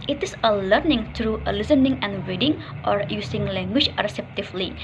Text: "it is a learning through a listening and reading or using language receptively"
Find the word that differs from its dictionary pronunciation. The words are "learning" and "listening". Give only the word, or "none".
none